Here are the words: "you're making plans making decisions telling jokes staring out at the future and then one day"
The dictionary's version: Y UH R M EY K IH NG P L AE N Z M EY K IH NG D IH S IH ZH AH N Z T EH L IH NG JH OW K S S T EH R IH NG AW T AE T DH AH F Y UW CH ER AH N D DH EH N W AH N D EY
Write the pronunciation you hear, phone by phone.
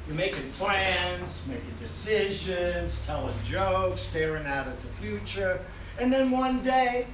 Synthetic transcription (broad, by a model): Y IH M EY K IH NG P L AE N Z M EY K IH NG D IH S IH ZH AH N Z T EH L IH JH OW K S S T EH R IH NG AW T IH T DH AH F Y UW CH ER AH N DH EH N W AH N D EY